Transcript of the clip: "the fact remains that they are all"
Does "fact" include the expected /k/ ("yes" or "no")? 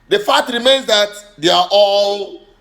no